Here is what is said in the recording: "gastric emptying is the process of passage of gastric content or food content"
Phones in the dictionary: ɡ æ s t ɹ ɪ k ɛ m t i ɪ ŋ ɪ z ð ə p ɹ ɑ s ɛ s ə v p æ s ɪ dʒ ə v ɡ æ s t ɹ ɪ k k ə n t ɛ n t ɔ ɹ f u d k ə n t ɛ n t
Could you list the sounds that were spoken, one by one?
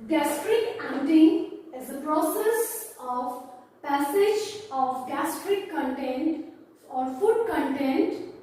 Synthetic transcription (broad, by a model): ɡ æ s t ɹ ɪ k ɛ t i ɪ ŋ ɪ z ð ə p ɹ ɑ s ɛ s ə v p æ s ɪ dʒ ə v ɡ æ s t ɹ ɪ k k ə n t ɛ n t ɔ ɹ f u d k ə n t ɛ n t